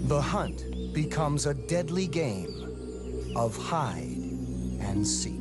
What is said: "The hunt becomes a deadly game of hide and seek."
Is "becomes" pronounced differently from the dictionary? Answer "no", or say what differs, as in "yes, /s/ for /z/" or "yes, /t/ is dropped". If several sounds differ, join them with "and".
no